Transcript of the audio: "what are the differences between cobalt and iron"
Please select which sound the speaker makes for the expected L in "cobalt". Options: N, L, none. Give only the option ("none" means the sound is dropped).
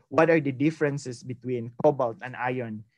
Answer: L